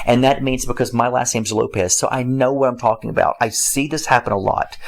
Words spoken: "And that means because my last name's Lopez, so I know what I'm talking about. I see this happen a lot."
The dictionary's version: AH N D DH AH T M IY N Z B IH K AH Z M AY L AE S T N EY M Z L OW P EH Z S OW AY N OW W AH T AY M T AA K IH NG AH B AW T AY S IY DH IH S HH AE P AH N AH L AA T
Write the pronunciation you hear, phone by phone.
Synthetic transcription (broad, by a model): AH N DH AH T M IY N Z B IH K AH Z M AY L AE S T N EY M Z L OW P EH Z S OW AY N OW W AH T AY M T AA K IH NG AH B AW T AY S IY DH IH S HH AE P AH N AH L AA T